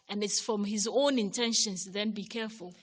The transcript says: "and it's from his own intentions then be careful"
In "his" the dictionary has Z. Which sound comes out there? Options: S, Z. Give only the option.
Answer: Z